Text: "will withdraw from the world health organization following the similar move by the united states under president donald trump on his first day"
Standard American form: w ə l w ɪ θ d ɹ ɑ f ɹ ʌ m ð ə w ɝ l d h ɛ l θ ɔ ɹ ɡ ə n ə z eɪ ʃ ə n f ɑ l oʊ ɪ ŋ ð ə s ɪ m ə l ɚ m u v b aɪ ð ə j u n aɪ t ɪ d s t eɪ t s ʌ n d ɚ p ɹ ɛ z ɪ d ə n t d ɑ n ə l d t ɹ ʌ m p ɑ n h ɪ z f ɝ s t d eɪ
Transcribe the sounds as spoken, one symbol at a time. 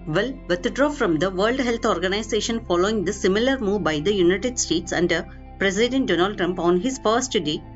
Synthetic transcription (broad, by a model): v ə l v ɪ t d ɹ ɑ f ɹ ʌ m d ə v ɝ l d h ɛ l t ɔ ɹ ɡ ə n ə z eɪ ʃ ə n f ɑ l oʊ ɪ ŋ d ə s ɪ m ə l ɚ m u v b aɪ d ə j u n aɪ t ɪ d s t eɪ t s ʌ n d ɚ p ɹ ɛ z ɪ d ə n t d ɑ n ə l d t ɹ ʌ m p ɑ n h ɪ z f ɝ s t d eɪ